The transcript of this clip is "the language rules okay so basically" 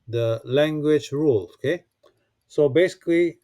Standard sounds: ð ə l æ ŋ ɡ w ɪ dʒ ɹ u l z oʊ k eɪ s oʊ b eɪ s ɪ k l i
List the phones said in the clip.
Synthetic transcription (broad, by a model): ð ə l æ ŋ ɡ w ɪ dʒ ɹ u l oʊ k eɪ s oʊ b eɪ s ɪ k l i